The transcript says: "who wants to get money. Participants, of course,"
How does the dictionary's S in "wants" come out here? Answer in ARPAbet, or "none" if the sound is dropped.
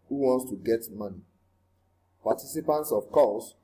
S